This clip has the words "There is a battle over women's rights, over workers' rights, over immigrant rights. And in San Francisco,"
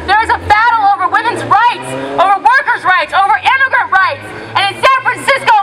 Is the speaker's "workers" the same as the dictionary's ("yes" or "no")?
yes